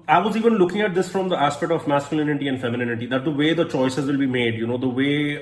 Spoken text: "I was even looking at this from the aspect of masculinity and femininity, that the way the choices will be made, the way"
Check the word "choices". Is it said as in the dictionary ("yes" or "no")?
yes